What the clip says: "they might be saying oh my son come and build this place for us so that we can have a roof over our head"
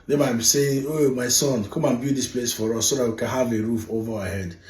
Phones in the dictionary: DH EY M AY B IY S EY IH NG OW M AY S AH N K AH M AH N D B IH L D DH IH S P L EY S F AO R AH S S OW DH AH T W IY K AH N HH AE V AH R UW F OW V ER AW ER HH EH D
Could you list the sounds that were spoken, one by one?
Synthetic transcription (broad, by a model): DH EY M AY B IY S EY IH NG OW M AY S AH N K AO M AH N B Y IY D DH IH S P L EY S F AO R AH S S OW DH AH T W IY K AH N HH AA V AH R UW F OW V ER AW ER HH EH D